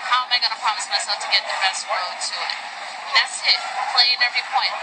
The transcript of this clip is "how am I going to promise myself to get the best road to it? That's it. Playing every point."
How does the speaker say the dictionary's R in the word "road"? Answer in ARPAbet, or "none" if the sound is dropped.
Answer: W